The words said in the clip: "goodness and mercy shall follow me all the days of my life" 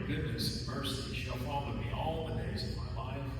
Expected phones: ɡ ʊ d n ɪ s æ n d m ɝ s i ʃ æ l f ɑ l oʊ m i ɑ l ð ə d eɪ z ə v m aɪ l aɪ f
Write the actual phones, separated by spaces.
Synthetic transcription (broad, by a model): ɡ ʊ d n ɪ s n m ɝ s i ʃ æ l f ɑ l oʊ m i ɑ l ð ə d eɪ z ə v m aɪ l aɪ f